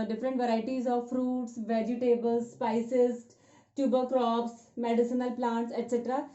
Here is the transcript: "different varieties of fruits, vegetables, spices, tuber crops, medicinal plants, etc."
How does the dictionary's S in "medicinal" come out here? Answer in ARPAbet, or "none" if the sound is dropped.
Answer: S